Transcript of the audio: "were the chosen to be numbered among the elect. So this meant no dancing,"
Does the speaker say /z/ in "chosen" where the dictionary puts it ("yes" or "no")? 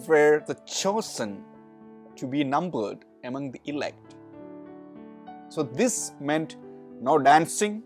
no